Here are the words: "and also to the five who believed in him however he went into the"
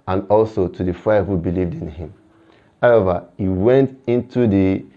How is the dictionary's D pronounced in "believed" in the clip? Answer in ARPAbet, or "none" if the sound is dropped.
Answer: D